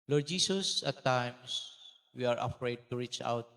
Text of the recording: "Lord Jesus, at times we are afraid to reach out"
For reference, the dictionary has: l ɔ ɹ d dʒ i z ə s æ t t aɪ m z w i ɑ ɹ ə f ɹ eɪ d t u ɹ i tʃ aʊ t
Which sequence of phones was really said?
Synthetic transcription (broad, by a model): l ɔ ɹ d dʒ i s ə s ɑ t t aɪ m s w i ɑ ɹ ə f ɹ eɪ d t u ɹ i tʃ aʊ t